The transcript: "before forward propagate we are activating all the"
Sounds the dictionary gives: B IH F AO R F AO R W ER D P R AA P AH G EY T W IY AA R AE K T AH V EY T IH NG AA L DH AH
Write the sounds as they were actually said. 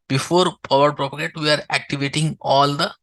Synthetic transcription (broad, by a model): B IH F AO R P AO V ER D P R AA P AH G EY T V IY AA R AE K T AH V EY T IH NG AA L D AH